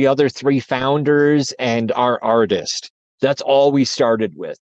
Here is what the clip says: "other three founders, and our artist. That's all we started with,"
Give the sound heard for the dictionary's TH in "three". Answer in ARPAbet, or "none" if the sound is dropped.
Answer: TH